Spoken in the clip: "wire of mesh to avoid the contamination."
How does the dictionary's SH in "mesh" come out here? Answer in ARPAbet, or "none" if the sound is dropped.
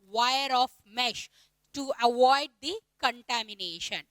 SH